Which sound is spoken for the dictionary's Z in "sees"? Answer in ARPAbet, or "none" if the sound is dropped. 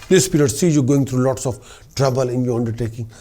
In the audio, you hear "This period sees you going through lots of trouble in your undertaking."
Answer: none